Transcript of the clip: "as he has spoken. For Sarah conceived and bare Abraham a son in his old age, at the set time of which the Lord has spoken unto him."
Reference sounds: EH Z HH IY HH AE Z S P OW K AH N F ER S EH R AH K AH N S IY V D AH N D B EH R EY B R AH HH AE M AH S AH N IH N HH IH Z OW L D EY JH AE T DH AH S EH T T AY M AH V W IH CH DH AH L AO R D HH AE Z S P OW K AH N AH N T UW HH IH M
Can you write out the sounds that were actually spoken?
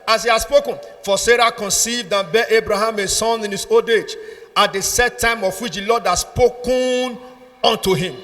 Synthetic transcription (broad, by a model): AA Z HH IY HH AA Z S P OW K AH N F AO S EH R AH K AH N S IY V D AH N B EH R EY B R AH HH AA M AH S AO N IH N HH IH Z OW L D EY JH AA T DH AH S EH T T AY M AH F W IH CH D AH L AO D HH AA S P OW K AH N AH N T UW HH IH M